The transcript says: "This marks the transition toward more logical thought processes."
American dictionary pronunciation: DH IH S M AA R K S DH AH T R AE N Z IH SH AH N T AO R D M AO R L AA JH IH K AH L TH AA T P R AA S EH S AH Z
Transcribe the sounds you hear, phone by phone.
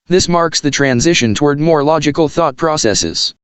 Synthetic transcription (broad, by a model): DH IH S M AA R K S DH AH T R AE N Z IH SH AH N T AO R D M AO R L AA JH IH K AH L TH AA T P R AA S EH S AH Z